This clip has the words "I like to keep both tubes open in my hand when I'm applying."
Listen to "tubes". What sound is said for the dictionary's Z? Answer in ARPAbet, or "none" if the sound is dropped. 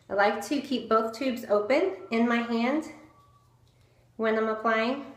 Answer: Z